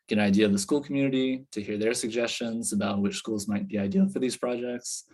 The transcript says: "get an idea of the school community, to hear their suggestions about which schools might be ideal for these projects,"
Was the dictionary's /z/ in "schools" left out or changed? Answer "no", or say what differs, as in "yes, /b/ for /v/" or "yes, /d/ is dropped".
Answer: no